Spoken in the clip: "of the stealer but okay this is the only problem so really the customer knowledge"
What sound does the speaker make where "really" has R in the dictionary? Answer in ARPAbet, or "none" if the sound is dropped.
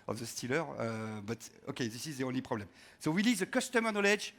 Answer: W